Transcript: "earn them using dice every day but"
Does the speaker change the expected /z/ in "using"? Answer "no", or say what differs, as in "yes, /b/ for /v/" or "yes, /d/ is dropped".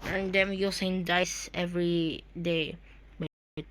yes, /s/ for /z/